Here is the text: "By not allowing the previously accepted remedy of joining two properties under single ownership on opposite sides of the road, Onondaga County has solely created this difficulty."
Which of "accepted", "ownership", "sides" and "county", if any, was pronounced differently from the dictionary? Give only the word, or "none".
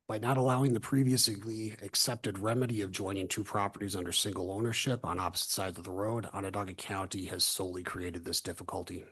none